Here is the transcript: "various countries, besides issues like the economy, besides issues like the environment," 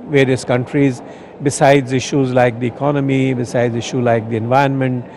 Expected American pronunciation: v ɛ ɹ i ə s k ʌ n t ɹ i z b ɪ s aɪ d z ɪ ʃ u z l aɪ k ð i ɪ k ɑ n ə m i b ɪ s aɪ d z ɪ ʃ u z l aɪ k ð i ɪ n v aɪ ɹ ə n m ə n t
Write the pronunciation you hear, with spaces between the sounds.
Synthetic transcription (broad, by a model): v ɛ ɹ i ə s k ʌ n t ɹ i z b ɪ s aɪ d z ɪ ʃ u z l aɪ k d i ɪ k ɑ n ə m i b ɪ s aɪ d z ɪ ʃ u l aɪ k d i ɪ n v aɪ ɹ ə n m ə n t